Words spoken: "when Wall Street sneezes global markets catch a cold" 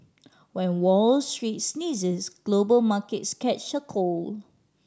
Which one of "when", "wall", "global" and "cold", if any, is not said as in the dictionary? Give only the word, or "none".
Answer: cold